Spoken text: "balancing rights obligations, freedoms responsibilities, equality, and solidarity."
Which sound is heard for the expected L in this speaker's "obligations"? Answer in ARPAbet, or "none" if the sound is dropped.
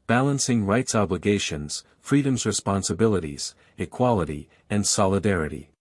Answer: L